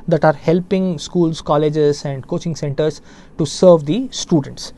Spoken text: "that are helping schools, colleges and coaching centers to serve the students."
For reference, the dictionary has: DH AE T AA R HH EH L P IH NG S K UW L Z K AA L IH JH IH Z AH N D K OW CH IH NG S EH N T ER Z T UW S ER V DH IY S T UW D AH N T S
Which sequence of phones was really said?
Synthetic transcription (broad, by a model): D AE T AA R HH EH L P IH NG S K UW L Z K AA L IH JH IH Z AH N D K OW CH IH NG S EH N T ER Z T UW S ER V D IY S T UW D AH N T S